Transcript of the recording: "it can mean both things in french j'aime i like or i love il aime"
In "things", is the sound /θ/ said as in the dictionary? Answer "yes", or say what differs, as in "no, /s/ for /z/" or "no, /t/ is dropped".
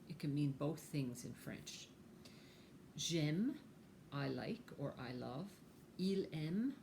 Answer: yes